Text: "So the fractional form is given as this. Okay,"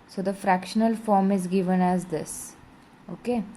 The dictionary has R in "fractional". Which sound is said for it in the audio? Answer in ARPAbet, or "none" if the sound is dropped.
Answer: R